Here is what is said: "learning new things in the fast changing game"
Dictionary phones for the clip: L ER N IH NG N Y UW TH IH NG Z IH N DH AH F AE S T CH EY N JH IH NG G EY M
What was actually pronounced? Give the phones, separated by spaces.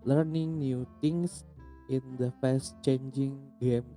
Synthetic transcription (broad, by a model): L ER N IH NG N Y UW T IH NG S IH N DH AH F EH S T CH EY N JH IH NG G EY M